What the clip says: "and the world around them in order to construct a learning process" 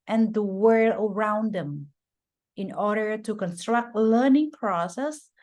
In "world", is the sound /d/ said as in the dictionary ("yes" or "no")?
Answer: no